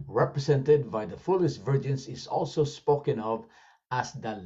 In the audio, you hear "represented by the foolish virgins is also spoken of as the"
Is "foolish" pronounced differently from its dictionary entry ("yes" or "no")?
yes